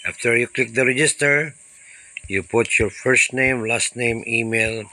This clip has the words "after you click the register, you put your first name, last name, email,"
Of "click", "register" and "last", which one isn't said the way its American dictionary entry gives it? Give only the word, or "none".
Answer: none